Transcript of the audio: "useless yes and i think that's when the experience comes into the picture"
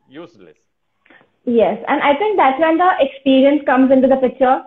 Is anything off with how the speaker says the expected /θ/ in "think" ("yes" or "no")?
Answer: yes